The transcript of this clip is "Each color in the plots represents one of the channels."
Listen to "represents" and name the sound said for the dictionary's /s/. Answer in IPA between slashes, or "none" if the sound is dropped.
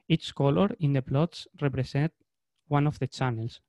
none